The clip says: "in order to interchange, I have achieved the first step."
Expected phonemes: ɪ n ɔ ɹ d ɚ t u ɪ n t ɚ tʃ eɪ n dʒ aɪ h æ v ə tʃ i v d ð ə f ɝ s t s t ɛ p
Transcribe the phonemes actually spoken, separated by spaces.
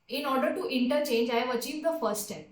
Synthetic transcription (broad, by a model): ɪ n ɔ ɹ d ɚ t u ɪ n t ɚ tʃ eɪ n dʒ aɪ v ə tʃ i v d ə f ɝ t s t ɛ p